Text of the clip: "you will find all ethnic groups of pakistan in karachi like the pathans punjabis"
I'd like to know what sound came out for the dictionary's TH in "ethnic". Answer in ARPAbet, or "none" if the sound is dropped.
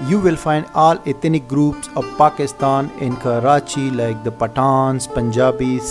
T